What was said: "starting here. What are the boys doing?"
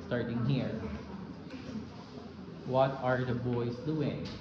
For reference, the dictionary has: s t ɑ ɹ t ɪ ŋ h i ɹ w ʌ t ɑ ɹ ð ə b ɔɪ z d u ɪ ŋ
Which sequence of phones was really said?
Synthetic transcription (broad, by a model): s t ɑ ɹ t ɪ ŋ h i ɹ w ʌ t ɑ ɹ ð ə b ɔɪ s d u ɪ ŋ